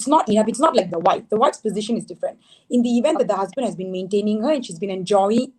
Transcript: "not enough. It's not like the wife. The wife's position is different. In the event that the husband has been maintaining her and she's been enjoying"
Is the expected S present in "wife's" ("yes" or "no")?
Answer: yes